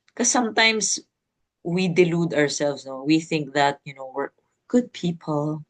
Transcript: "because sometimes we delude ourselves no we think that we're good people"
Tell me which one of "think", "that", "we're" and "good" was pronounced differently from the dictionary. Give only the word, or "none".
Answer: we're